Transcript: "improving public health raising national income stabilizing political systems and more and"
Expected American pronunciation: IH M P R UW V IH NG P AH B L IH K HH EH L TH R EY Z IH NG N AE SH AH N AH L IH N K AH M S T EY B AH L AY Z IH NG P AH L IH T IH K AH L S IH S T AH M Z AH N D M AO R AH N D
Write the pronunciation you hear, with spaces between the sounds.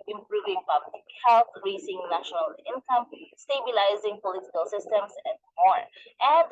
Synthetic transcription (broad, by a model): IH M P R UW V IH NG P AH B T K HH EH L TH R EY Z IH NG N AE SH AH N AH L IH N K AH M S T EY B AH L AY Z IH NG P AH L IH T IH K AH L S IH S T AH M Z AH N D M AO R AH N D